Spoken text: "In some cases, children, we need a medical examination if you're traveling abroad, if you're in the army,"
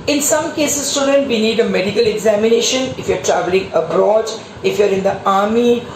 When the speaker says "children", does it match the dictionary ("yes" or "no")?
no